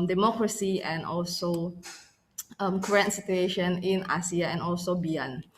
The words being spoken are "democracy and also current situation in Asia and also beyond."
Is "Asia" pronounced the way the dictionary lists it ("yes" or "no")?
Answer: no